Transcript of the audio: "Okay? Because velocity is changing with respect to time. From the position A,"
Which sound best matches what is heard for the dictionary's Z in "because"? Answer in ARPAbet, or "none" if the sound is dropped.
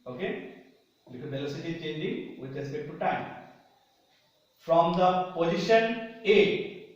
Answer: none